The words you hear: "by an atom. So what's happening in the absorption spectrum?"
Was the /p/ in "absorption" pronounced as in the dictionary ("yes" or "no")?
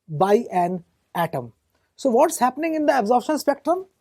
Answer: no